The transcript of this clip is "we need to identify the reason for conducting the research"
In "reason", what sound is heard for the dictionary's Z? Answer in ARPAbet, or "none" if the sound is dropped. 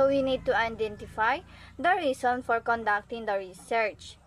S